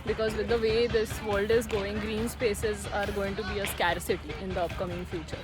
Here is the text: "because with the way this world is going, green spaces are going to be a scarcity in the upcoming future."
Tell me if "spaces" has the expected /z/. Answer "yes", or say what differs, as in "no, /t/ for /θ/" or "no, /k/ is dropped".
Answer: yes